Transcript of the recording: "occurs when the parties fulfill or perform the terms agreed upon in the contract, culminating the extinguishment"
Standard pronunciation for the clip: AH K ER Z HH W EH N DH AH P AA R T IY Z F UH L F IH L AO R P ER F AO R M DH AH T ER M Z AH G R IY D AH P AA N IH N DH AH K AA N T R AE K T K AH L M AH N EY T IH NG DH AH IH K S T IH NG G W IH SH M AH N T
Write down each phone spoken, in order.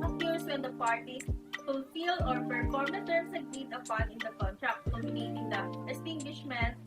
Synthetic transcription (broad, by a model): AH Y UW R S W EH N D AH P AA R T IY F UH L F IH L AO R P ER F AO R M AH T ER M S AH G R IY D AH P AA N IH N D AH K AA N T R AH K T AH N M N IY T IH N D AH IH S T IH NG G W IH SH M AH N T